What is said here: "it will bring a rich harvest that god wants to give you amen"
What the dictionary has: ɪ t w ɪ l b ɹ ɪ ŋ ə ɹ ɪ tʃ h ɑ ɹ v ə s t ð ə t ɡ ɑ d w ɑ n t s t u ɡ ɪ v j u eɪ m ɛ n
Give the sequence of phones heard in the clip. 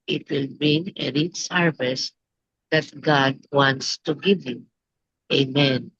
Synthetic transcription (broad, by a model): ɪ t w ɪ l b ɪ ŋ ə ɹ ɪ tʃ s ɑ ɹ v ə s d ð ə t ɡ ɑ d w ɑ n t s t u ɡ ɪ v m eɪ m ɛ n